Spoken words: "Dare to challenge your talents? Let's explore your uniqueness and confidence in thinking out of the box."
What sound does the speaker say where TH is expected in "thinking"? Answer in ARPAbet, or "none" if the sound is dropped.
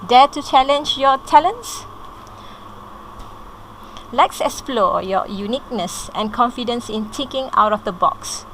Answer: T